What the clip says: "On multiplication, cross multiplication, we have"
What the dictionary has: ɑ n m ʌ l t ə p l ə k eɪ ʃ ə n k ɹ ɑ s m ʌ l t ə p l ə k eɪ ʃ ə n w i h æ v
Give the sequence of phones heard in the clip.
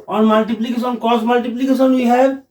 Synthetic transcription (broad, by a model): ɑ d m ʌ l t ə p l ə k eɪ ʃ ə n k ɑ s m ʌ l t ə p l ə k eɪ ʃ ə n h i h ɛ